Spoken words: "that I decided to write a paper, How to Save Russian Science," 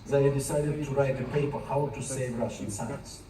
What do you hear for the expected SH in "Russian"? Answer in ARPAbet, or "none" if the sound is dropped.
SH